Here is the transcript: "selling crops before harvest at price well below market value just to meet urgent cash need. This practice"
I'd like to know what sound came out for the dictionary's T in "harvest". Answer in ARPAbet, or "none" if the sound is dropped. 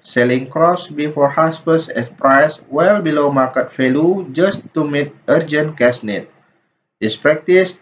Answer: none